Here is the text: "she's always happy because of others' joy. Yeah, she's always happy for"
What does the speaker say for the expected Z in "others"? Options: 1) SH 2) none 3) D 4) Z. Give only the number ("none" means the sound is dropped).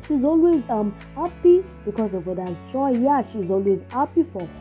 2